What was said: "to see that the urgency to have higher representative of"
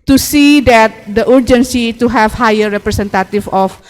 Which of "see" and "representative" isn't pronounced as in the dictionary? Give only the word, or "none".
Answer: representative